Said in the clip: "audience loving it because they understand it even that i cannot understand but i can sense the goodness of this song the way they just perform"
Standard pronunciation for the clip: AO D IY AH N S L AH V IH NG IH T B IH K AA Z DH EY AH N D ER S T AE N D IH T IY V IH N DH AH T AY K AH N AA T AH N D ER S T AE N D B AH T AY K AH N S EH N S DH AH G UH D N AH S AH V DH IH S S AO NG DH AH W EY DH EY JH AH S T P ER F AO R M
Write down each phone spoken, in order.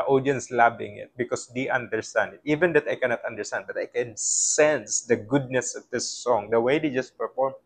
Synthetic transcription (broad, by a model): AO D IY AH N S L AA B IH NG IH T B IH K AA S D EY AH N D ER S T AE N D IH T IY V IH N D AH T AY K AH N AA T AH N D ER S T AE N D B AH T AY K AH N S EH N S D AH G UH D N AH S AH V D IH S S AO NG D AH W EY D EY JH AH S T P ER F AO R M